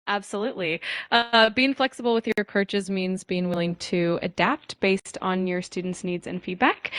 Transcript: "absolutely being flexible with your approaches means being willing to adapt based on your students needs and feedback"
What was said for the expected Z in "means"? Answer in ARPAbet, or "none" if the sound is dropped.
Z